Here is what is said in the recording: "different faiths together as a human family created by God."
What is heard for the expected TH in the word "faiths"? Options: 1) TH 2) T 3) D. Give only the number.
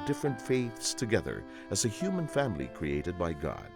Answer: 1